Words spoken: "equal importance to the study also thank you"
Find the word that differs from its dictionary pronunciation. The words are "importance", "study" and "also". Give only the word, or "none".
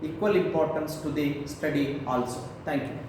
none